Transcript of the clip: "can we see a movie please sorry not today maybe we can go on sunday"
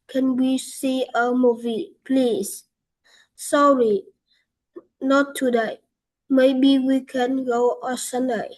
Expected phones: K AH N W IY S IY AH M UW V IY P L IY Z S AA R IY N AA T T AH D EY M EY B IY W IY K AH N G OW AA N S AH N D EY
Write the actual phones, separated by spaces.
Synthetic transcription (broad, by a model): K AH N W IY S IY AH M UW V IY P L IY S S AA R IY N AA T T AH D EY M EY B IY W IY K AH N G OW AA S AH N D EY